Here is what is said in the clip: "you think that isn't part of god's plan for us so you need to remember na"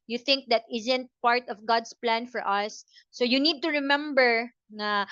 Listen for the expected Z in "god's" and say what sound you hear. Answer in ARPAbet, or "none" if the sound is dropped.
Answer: S